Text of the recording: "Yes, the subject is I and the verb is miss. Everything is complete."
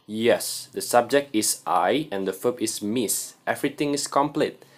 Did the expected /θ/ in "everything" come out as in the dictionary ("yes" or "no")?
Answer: no